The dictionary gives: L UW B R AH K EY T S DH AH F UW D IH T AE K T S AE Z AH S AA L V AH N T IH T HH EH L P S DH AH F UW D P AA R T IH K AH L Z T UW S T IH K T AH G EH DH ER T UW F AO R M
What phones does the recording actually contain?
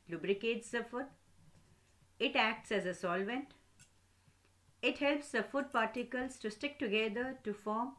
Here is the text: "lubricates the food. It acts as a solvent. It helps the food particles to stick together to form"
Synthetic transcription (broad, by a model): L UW B R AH K EY T S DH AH F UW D IH T AE K T S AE Z AH S AA L V AH N T IH T HH EH L P S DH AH F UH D P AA R T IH K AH L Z T UW S T IH K T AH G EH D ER T UW F AO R M